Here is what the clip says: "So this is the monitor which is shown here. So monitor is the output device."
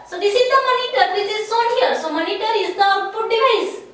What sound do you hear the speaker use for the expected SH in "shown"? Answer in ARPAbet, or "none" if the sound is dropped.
S